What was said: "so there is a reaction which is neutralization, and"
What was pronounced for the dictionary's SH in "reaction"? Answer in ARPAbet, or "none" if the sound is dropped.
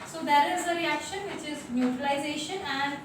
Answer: SH